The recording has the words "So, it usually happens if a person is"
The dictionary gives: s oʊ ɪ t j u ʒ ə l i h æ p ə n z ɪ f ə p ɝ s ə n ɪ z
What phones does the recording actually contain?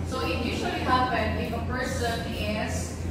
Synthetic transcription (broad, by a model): s oʊ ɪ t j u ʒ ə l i h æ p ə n ɪ f ə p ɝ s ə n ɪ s